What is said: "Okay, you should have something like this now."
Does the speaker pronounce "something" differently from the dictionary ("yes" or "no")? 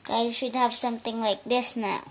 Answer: yes